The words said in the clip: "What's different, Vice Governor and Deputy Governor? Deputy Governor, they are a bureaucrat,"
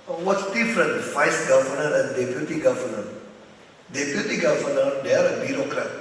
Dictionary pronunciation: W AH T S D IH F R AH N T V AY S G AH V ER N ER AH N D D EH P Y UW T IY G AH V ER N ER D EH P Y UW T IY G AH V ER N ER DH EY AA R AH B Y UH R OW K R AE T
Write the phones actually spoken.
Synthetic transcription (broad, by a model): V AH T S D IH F R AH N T F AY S G AH V ER N ER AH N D D EH P Y UW T IY G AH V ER N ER D EH P Y UW T IY G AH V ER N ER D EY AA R AH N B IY R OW K R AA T